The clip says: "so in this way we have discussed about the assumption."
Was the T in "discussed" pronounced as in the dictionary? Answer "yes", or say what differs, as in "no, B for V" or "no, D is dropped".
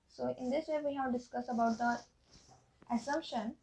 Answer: no, T is dropped